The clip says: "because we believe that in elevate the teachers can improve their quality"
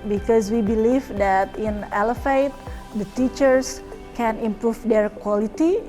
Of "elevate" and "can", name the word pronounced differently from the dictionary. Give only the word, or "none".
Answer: elevate